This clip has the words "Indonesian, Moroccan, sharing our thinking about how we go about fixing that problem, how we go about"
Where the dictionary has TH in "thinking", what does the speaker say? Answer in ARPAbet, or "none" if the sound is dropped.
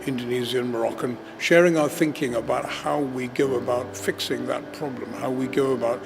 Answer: TH